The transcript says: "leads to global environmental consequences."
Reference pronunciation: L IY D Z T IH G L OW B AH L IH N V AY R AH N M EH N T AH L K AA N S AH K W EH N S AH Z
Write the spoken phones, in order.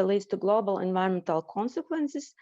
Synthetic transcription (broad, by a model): L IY D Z T IH G L OW B AH L IH N V AY R AH N M EH N T AH L K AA N S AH K W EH N S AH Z